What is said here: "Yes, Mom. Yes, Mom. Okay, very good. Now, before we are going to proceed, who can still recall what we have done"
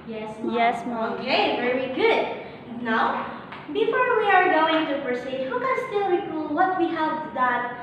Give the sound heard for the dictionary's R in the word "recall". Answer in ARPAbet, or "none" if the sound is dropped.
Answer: W